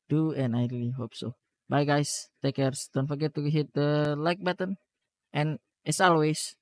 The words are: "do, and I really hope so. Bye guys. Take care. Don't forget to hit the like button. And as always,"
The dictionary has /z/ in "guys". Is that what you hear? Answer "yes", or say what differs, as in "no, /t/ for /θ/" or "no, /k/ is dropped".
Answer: no, /s/ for /z/